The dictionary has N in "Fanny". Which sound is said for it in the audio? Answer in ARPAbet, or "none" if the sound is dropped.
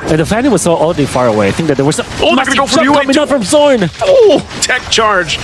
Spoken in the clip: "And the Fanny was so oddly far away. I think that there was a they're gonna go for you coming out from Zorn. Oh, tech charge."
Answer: L